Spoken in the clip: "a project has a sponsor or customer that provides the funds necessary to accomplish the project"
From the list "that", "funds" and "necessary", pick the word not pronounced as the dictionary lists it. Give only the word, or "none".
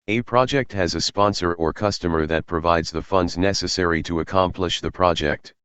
none